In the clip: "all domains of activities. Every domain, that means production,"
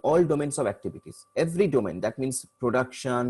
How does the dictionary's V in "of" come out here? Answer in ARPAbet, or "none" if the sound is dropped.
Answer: V